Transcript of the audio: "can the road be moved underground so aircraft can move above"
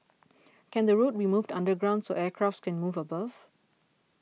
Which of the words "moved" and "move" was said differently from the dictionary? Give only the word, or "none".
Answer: none